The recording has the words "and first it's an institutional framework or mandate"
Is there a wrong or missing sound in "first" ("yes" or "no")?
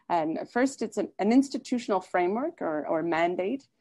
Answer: no